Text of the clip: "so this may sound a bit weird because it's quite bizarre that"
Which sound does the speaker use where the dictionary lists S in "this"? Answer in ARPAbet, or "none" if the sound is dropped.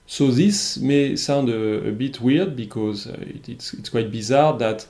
S